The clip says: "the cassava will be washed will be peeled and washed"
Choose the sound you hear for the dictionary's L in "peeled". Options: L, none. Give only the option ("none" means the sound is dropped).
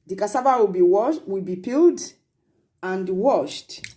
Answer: L